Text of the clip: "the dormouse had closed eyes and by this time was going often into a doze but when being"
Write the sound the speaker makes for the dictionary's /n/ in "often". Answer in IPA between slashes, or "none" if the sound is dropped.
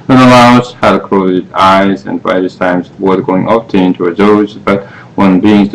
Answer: none